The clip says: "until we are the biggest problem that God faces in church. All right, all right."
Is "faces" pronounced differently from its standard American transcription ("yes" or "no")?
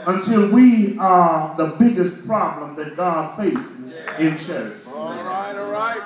no